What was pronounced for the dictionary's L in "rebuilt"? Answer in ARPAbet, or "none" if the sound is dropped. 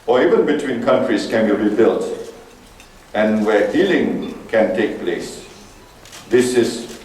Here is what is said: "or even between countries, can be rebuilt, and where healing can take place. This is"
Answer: L